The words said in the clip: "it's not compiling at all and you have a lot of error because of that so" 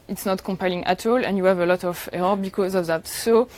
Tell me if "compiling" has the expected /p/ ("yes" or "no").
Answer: yes